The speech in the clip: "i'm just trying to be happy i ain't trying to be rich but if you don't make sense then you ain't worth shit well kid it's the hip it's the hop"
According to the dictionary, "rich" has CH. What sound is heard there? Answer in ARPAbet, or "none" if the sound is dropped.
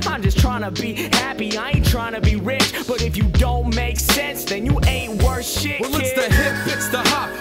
CH